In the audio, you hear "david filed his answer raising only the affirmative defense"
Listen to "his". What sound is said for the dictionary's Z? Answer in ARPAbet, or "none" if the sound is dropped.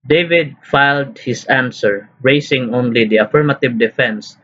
S